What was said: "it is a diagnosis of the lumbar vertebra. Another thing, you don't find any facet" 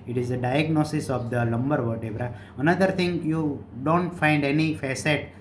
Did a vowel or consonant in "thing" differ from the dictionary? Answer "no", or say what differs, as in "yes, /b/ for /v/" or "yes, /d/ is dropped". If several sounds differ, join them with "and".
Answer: yes, /t/ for /θ/